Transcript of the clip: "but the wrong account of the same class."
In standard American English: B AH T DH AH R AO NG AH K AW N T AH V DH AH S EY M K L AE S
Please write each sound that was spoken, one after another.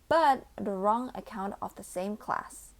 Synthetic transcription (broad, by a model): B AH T DH AH R AO NG AH K AW N T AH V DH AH S EY M K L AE S